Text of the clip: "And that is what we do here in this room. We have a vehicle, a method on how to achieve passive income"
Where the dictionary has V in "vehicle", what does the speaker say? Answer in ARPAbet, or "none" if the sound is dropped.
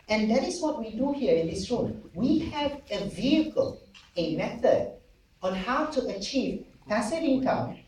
V